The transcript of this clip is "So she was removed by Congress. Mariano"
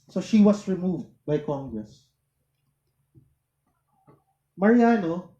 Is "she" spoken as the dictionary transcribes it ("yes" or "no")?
yes